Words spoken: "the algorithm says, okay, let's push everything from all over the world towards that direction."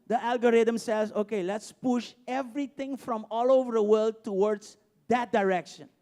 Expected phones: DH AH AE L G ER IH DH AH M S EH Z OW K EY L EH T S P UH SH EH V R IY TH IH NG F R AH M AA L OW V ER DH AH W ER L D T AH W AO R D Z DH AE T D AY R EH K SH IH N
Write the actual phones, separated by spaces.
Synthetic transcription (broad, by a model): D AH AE L G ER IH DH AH M S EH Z OW K EY L EH T S P UH SH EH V R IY T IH NG F R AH M AA L OW V ER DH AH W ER L D T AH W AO R D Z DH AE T D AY R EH K SH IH N